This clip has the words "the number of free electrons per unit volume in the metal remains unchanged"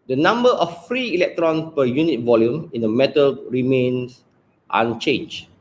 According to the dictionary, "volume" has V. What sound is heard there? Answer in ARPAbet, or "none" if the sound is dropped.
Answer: V